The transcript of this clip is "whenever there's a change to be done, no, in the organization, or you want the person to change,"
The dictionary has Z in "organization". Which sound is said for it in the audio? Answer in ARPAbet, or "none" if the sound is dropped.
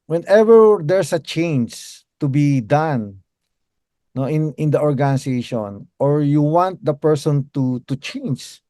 S